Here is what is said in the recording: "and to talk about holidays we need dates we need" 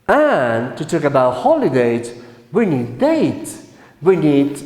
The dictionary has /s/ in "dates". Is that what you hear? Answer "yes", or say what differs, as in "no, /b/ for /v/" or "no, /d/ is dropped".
no, /s/ is dropped